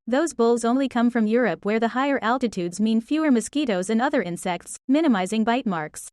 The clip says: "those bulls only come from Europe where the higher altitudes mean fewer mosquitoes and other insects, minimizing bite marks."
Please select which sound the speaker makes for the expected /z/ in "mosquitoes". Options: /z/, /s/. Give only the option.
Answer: /z/